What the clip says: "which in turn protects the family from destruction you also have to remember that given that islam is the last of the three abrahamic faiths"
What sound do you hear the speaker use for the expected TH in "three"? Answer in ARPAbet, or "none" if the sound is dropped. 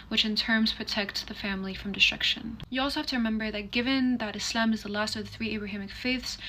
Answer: TH